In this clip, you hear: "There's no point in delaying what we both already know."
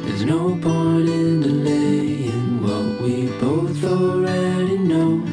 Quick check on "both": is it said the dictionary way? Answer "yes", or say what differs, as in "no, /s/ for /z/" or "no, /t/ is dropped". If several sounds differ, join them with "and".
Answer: yes